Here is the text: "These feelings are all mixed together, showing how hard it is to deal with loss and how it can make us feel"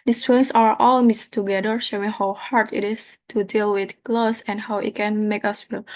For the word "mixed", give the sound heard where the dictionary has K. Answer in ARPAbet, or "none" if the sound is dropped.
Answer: none